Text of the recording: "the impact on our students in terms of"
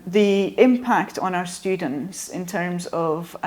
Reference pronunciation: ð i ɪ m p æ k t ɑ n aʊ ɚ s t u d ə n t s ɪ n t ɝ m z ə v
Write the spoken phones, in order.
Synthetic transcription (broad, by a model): ð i ɪ m p æ k t n aʊ ɚ s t u d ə n t s ɪ n t ɝ m z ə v